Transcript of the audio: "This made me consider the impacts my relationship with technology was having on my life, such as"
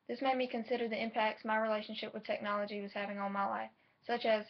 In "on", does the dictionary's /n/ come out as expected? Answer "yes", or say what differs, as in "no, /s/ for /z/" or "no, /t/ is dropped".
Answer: no, /l/ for /n/